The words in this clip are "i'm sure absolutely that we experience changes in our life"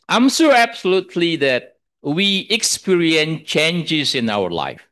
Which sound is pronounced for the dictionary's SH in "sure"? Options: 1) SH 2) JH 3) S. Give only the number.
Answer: 3